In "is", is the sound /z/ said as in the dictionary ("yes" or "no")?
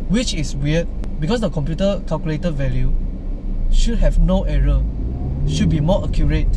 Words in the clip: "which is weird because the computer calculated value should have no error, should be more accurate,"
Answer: no